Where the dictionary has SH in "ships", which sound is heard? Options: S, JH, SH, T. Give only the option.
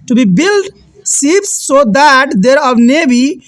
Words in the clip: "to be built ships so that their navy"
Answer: S